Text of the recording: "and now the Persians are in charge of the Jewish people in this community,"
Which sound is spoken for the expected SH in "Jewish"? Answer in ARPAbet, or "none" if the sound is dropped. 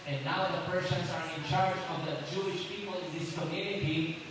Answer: SH